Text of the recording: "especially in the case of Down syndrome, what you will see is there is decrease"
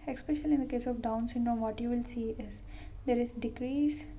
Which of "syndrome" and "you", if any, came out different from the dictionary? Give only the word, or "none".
syndrome